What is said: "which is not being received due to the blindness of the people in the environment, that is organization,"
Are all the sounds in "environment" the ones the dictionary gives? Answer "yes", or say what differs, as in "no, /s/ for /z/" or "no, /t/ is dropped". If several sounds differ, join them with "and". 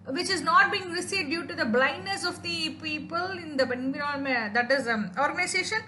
no, /v/ is dropped and /n/ is dropped